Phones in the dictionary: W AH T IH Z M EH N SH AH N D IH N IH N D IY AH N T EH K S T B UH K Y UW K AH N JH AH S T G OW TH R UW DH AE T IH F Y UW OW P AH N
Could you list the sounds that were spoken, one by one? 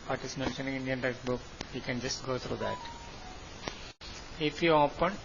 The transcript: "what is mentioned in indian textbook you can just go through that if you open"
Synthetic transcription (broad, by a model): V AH T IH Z M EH N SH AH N IH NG IH N D IY AH N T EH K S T B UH K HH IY K AH N JH AH S T G OW T R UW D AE T IH F Y UW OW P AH N